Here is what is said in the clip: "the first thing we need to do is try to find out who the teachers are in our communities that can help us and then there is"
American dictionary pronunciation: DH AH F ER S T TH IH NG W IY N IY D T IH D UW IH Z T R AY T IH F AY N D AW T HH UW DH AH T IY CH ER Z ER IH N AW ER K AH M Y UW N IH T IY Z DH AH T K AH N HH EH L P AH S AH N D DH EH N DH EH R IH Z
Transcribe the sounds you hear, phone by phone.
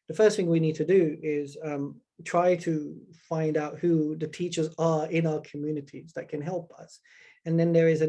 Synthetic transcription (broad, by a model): DH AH F ER S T TH IH NG W IY N IY D T IH D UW IH Z T R AY T IH F AY N D AW T HH UW DH AH T IY CH ER Z ER IH N AW ER K AH M Y UW N IH T IY Z DH AH T K AH N HH EH L P AH S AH N DH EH N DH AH R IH Z